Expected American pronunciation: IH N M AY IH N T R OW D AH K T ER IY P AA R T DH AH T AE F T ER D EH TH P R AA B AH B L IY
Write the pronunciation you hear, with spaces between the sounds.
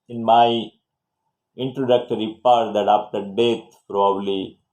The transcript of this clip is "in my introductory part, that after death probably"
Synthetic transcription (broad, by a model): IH N M AY IH N T R OW D AH K T ER IY P AA R T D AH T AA P T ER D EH T P R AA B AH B L IY